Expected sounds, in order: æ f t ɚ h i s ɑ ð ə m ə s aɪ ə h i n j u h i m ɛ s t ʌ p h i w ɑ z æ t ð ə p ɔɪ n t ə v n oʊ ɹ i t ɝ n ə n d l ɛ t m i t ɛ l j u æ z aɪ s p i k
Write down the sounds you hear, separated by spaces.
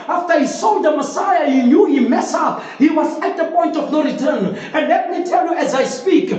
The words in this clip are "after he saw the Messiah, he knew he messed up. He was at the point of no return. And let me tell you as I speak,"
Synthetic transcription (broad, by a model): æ f t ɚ h i s ɑ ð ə m ə s aɪ ə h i n j u h i m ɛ s ʌ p h i w ɑ z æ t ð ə p ɔɪ n t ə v n oʊ ɹ i t ɝ n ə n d l ɛ t m i t ɛ l j u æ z aɪ s p i k